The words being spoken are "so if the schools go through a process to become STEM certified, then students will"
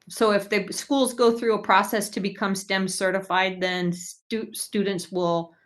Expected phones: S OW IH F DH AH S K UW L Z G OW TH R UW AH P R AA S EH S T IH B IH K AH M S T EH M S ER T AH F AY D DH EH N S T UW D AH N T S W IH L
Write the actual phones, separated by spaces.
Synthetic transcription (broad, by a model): S OW IH F DH AH S K UW L Z G OW TH R UW AH P R AA S EH S T IH B IH K AH M S T EH M S ER T AH F AY D DH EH N S T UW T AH N T S W IH L